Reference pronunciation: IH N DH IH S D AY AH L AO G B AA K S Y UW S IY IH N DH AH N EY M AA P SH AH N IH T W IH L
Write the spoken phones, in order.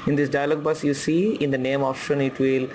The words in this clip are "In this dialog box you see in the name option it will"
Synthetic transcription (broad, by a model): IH N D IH S D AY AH L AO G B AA S Y UW S IY IH N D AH N EY M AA F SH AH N IH T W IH L